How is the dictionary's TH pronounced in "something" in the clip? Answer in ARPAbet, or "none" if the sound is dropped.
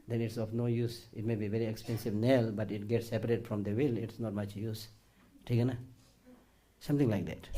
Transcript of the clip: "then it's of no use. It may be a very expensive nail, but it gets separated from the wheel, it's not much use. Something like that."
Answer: T